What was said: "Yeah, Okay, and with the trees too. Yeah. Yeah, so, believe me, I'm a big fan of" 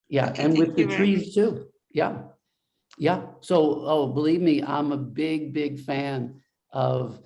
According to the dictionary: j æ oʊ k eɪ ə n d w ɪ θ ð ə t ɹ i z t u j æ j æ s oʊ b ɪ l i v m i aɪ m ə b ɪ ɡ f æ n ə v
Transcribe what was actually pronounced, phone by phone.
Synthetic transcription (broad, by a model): j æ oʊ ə n w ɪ ð ə t ɹ i z t u j æ j æ s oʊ b ɪ l i v m i aɪ m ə b ɪ ɡ f æ n ə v